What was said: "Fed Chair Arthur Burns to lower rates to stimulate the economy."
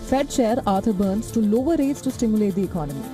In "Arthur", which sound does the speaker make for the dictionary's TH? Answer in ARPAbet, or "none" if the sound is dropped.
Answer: T